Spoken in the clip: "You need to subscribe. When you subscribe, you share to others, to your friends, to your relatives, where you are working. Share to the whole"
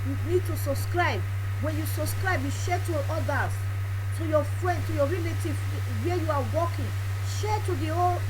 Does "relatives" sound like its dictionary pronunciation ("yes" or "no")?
no